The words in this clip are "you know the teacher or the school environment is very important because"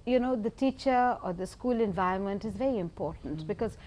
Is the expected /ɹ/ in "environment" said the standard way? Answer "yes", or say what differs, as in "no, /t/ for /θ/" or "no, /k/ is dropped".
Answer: no, /ɹ/ is dropped